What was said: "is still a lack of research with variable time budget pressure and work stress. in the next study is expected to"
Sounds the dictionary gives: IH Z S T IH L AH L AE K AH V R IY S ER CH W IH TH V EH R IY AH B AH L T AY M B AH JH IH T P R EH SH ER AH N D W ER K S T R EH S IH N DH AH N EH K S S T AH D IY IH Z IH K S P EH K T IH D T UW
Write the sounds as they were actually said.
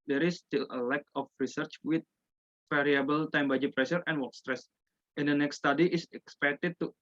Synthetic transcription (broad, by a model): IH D S T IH L AH L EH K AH F R IY S ER CH W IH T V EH R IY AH B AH L T AY M B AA JH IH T P R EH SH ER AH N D W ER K S T R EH S IH N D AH N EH K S S T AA D IY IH S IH K S P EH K T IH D T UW